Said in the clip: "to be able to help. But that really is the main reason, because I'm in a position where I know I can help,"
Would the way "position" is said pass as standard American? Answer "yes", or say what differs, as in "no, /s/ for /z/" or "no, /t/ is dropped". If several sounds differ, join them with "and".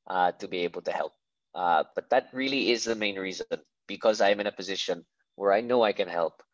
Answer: yes